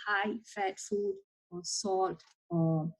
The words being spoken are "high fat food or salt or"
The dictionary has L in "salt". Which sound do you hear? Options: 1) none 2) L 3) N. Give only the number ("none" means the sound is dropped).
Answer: 1